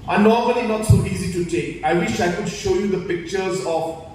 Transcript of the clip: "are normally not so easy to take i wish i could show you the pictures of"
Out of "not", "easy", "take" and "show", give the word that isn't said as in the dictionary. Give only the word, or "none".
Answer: none